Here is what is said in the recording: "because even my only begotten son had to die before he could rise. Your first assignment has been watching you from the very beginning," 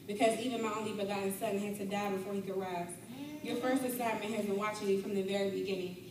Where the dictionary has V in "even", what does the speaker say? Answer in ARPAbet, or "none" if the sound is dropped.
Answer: V